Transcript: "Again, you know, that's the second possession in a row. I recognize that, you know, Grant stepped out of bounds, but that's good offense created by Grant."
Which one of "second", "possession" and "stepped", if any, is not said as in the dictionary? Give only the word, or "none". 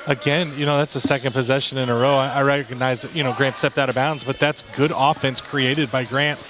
none